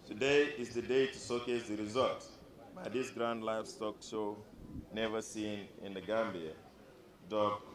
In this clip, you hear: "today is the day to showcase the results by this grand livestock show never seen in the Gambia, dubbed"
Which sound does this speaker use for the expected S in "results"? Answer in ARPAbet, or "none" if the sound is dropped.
none